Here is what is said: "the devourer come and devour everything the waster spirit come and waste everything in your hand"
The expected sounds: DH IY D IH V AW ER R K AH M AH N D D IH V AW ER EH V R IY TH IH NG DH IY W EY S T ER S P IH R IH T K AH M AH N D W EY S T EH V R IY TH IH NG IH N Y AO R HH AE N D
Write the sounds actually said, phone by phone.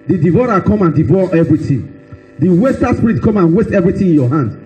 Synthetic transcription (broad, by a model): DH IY D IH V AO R K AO M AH N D D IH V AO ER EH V R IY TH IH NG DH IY W EY S T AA S P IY R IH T K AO M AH N W EY S T EH V R IY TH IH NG IH N Y AO HH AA N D